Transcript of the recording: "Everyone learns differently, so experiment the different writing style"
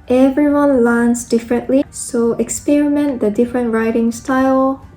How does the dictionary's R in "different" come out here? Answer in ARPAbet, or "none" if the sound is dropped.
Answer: R